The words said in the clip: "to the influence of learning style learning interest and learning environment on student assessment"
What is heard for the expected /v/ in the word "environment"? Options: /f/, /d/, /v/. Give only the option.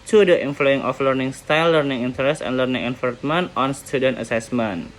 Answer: /f/